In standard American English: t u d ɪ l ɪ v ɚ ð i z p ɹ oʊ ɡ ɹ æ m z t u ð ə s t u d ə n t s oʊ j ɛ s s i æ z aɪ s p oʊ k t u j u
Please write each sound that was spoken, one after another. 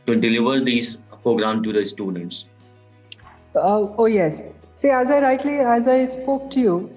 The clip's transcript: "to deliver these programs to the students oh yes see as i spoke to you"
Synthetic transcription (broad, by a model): t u d ɪ l ɪ v ɚ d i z p ɹ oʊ ɡ ɹ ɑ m t u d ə s t u d ə n t s oʊ j ɛ s s i æ z aɪ s p oʊ k t u j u